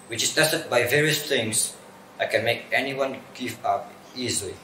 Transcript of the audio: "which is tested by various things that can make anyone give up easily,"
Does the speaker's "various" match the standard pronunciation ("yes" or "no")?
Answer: yes